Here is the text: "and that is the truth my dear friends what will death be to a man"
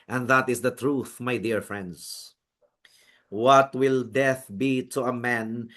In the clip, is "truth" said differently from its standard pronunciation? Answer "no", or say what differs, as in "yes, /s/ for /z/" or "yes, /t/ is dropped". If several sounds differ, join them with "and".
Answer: no